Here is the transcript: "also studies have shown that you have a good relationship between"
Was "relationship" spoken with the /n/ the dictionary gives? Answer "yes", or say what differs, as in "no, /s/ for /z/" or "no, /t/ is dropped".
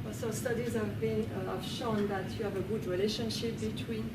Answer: yes